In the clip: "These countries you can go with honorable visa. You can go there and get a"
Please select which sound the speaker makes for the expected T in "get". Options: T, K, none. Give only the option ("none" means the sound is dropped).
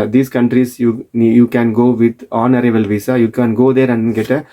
T